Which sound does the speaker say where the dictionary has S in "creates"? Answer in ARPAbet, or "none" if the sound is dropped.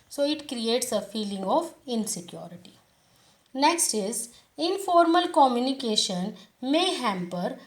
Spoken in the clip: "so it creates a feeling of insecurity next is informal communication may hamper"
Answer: S